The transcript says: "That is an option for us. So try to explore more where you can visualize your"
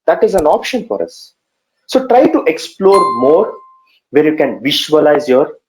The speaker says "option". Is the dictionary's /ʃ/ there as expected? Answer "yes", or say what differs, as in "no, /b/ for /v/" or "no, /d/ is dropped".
yes